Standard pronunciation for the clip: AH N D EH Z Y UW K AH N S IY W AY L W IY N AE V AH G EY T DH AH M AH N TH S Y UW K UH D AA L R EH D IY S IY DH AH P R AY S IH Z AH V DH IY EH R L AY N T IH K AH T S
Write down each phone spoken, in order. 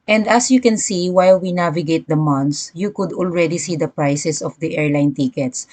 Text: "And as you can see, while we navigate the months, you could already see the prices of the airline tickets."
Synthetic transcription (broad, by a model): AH N D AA S Y UW K AH N S IY W AY L W IY N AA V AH G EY T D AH M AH N T S Y UW K UH D AA L R EH D IY S IY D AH P R AY S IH S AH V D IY EH R L AY N T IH K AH T S